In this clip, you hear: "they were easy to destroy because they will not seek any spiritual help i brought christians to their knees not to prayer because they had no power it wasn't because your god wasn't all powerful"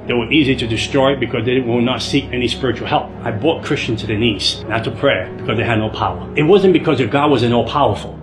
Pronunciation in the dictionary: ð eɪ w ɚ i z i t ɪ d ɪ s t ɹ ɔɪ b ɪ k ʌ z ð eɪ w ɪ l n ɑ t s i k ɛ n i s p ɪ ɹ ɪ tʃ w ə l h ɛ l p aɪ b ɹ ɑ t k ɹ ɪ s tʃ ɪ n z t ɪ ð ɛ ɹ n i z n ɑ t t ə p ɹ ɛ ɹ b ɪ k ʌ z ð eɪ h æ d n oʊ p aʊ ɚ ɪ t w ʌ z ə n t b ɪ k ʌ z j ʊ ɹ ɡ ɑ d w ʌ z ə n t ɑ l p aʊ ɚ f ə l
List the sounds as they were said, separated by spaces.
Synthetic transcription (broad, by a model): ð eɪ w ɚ i z i t ɪ d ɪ s t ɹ ɔɪ b ɪ k ʌ z ð eɪ w ɪ l n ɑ t s i k ɛ n i s p ɪ ɹ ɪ tʃ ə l h ɛ l p aɪ b ɹ ɑ t k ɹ ɪ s tʃ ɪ n t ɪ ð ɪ n i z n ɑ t t ə p ɹ ɛ ɹ b ɪ k ʌ z ð eɪ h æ d n oʊ p aʊ ɚ ɪ t w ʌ z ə n b ɪ k ʌ z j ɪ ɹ ɡ ɑ d w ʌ z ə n ɑ l p aʊ ɚ f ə l